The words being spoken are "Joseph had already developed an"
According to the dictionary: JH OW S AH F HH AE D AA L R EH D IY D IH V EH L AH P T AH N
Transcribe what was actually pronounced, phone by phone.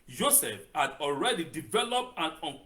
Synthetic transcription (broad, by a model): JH OW S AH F HH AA D AA L R EH D IY D IH V EH L AH P T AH N